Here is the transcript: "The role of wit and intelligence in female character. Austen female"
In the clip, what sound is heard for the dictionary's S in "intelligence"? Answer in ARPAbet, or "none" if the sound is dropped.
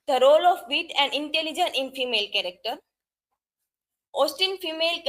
none